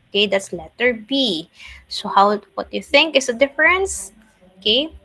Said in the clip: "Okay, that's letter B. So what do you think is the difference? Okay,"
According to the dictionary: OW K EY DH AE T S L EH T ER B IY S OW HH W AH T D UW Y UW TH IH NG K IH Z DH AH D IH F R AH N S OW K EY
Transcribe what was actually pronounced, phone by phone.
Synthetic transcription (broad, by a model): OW K EY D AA T S L EH T ER B IY S OW HH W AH T Y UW TH IH NG K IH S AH D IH F R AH N S OW K EY